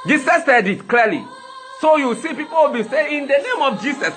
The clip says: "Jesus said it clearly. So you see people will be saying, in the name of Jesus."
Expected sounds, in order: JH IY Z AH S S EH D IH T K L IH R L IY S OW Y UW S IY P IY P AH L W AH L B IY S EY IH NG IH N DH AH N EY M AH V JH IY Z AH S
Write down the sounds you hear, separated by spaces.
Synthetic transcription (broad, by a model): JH IY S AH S S EH D IH T K L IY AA L IY S OW Y UW S IY P IY P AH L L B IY S EY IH N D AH N EY M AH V JH IY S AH S